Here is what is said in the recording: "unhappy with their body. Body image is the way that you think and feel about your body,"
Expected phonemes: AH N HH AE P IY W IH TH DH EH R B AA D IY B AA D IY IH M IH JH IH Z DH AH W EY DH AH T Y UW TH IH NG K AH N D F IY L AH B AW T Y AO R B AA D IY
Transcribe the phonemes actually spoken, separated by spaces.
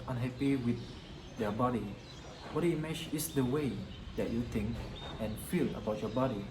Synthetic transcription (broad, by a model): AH N HH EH P IY W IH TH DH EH B AA D IY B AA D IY M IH CH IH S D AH W EY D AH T Y UW T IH NG K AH N F IY L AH B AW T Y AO B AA D IY